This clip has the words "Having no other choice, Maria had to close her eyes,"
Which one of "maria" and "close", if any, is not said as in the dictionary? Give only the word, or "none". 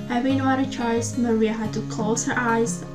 close